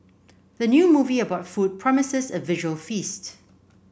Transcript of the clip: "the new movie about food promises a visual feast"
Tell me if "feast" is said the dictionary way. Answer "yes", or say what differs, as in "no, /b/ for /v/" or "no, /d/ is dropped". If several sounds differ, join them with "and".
yes